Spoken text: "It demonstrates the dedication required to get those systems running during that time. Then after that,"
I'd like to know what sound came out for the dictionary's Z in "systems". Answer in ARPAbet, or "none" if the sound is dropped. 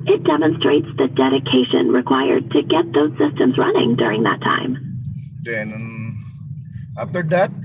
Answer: Z